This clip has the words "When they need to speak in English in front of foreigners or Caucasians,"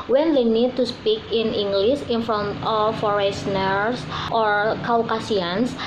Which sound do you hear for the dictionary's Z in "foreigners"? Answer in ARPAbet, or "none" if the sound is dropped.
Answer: S